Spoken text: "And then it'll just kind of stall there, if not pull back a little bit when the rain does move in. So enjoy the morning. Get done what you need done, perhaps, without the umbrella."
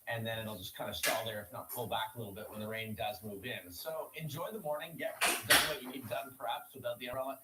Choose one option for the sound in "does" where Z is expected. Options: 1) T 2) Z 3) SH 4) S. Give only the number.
2